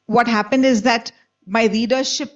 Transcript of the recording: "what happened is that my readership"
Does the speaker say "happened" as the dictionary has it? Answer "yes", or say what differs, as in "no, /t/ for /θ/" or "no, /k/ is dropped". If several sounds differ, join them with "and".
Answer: yes